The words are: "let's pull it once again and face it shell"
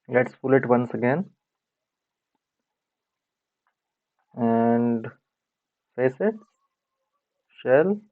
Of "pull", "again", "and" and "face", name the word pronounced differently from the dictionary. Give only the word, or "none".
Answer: pull